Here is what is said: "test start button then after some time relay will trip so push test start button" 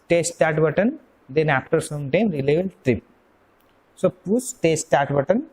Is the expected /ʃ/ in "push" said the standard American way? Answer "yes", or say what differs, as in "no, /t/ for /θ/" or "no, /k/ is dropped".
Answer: no, /s/ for /ʃ/